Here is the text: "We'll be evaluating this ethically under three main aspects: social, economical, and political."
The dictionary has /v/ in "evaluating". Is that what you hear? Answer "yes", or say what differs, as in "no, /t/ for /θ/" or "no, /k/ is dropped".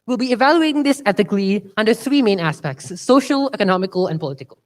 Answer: yes